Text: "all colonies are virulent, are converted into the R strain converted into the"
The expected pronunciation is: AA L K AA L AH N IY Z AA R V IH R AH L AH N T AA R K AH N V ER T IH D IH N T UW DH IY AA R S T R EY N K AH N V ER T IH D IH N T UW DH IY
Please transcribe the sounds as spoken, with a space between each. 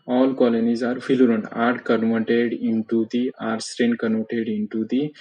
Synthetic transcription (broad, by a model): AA L K AA L AH N IY Z AA R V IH L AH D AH N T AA R K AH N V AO T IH D IH N T UW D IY AA R S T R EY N K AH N AO T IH D IH N T UW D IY